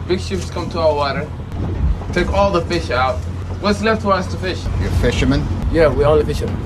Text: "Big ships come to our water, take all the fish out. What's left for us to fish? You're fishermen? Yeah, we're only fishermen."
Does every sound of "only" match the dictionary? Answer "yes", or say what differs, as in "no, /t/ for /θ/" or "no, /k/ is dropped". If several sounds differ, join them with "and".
no, /n/ is dropped